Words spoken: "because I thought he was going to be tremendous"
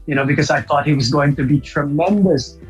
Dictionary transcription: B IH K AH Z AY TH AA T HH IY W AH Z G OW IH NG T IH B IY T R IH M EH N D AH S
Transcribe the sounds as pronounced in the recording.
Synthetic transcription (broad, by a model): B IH K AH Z AY TH AA T HH IY W AH Z G OW IH NG T IH B IY T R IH M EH N D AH S